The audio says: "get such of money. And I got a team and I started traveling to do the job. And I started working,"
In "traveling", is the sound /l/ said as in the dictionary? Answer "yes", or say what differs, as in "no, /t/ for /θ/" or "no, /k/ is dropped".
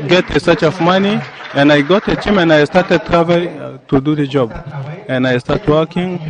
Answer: no, /l/ is dropped